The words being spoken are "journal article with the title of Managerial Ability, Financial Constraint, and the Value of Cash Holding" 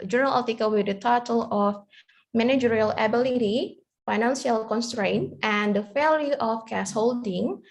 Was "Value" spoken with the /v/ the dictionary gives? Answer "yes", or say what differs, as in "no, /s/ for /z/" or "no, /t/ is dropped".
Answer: no, /f/ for /v/